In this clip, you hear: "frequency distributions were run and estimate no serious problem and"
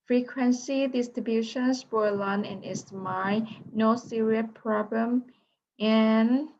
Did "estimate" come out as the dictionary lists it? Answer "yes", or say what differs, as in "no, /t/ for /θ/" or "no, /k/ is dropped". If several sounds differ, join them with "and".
no, /m/ is dropped